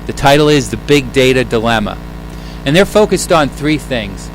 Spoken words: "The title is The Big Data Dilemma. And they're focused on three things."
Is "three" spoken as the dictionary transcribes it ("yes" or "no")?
yes